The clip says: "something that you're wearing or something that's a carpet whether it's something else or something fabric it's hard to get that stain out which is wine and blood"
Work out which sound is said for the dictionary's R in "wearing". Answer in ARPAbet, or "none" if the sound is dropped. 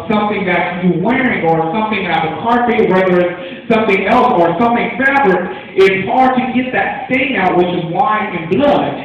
R